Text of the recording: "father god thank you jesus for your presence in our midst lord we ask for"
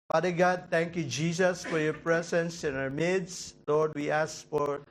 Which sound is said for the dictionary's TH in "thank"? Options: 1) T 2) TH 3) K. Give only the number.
1